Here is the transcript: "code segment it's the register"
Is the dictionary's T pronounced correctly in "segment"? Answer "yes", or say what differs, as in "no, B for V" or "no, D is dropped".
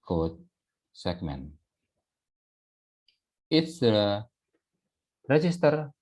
no, T is dropped